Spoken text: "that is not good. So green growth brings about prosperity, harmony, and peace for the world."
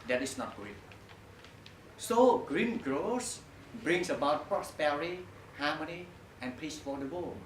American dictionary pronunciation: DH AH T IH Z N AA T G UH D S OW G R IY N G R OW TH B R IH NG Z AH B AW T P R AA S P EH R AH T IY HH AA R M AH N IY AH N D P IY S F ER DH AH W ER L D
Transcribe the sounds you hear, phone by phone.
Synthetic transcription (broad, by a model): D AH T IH S N AA T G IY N S OW G R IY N G R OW S B R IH NG S AH B AW T P R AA S P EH R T IY HH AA M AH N IY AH N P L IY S F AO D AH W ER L